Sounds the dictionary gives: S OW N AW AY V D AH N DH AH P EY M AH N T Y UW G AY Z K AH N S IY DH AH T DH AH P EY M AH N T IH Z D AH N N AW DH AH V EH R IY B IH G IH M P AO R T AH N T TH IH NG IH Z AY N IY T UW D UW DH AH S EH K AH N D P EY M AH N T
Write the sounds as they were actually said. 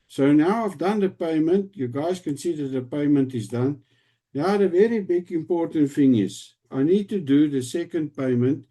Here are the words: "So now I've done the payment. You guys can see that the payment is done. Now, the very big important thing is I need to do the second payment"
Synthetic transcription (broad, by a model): S OW N AW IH F D AH N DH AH P EY M AH N T Y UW G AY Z K AH N S IY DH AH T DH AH P EY M AH N T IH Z D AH N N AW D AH V EH R IY B IH G IH M P AO R T AH N T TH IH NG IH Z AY N IY T UW D UW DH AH S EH K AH N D P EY M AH N T